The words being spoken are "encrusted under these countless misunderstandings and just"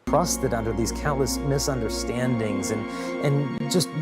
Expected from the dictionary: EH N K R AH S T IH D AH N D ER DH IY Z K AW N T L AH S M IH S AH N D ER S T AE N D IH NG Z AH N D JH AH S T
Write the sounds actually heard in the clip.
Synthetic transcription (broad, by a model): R AH S T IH D AH N D ER DH IY Z K AW N T L AH S M IH S AH N D ER S T AE N D IH NG Z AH N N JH AH S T